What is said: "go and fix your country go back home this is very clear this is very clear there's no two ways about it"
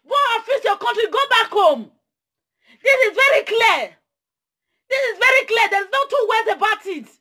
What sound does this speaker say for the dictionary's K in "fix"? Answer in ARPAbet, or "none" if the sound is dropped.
none